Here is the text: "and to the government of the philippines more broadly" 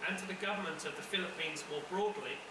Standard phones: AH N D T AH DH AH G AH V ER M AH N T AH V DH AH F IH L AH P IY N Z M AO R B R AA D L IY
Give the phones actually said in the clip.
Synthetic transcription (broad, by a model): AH N T AH DH AH G AH V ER M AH N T AH V DH AH F IH L AH P IY N Z M AO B R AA D L IY